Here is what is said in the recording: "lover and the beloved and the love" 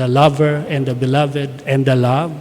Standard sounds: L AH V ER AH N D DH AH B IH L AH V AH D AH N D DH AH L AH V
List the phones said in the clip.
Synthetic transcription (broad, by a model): L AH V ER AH N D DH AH B IH L AH V AH D AH N D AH L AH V